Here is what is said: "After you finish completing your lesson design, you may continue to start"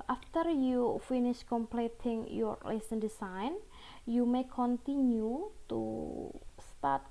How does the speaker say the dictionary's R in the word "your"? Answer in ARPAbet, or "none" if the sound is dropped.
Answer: R